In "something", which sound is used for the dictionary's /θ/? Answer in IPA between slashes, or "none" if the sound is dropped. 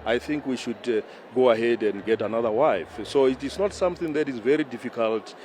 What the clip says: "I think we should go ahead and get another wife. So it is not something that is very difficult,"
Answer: /θ/